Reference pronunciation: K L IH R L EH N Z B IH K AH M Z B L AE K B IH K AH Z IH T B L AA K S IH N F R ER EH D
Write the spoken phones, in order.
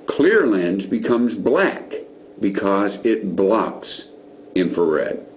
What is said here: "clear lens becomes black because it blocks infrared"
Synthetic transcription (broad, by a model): K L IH R L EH N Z B IH K AH M Z B L AE K B IH K AH Z IH T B L AA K S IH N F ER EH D